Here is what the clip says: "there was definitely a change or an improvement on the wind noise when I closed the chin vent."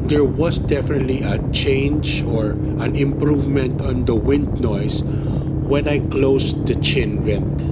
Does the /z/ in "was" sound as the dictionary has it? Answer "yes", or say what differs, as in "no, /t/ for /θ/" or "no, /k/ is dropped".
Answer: no, /s/ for /z/